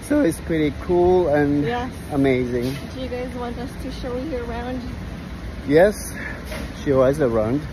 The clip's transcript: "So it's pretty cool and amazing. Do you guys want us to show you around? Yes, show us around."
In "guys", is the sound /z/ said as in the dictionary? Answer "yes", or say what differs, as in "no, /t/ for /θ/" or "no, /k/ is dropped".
yes